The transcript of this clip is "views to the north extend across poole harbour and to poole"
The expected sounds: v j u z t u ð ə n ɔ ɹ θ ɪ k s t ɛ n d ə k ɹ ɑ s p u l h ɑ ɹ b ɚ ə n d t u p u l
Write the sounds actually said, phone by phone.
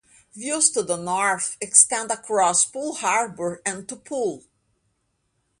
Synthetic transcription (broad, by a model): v j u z t u ð ə n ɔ ɹ f ɪ k s t ɛ n d ə k ɹ ɑ s p u l h ɑ ɹ b ɚ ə n t u p u l